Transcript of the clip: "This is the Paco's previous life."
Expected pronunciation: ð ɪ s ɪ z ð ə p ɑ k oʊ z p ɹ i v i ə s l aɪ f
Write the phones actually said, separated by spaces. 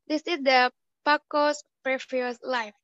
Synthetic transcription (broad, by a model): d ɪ s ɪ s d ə p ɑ k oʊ s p ɹ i f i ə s l aɪ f